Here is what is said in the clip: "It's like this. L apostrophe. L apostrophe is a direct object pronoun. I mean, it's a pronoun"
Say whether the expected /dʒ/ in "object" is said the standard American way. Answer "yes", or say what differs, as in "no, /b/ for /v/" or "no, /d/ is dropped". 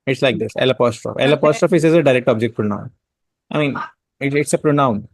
yes